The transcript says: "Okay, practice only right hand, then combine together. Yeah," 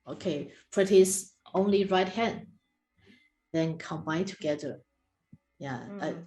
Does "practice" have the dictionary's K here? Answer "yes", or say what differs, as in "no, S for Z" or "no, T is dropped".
no, K is dropped